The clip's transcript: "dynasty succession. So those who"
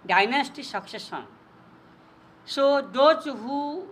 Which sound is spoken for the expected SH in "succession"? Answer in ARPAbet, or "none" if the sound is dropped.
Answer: S